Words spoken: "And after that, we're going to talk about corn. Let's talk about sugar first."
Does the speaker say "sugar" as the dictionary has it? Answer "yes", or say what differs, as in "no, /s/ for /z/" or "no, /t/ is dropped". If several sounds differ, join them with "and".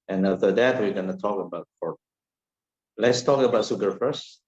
no, /s/ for /ʃ/